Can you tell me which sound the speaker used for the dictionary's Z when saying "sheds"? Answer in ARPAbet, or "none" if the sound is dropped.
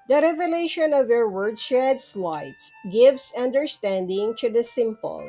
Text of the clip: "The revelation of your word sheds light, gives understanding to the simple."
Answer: S